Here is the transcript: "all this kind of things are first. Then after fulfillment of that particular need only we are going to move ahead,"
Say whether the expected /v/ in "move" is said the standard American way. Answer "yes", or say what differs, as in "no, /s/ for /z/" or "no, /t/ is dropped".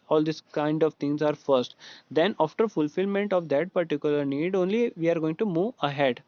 yes